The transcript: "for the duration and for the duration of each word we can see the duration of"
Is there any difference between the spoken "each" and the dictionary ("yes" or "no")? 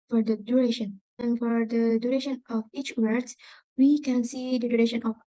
no